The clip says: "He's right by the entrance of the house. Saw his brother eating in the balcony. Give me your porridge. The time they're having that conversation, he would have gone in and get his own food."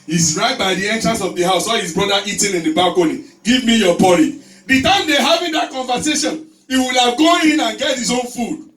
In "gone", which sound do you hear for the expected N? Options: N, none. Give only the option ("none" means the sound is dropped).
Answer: none